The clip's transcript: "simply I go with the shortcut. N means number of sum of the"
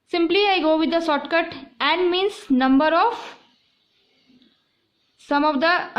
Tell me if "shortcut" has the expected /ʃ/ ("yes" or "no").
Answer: no